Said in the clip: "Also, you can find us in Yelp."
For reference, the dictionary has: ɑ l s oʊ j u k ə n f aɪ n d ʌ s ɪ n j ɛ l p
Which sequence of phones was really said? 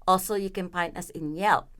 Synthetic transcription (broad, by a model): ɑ l s oʊ j u k ə n p aɪ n ʌ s ɪ n j ɛ l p